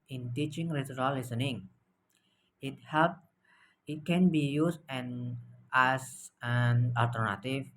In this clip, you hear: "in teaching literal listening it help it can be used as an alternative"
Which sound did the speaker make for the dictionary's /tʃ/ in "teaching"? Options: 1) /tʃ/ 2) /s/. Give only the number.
1